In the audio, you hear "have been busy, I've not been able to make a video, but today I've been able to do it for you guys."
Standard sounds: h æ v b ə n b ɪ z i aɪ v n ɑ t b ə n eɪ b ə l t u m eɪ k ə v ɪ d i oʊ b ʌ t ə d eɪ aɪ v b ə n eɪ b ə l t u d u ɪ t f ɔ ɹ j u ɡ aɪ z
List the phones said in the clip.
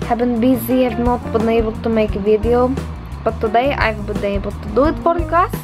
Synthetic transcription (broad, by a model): h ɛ b ə n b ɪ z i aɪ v n ɑ t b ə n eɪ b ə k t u m eɪ k ə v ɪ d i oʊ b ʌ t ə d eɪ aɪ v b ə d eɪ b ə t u d u ɪ t p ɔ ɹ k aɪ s